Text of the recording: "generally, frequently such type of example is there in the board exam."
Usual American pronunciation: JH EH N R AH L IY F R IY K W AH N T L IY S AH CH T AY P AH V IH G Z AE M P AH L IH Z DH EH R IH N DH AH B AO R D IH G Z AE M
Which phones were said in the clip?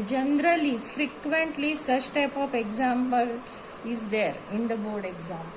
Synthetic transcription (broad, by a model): JH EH N R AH L IY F R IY K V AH N T L IY S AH S T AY P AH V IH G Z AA M P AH L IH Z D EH R IH N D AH B AO R D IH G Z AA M